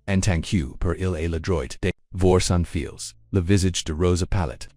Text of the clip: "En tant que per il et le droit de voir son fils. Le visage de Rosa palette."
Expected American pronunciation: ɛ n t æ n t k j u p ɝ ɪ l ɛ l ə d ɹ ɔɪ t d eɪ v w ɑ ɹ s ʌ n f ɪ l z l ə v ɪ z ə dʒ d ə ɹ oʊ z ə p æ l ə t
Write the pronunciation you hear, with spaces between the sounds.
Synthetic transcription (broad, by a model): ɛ n t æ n k j u p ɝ ɪ l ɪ l ə d ɹ ɔɪ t d eɪ v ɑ ɹ s ʌ n f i l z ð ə v ɪ z ə dʒ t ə ɹ oʊ z ə p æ l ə t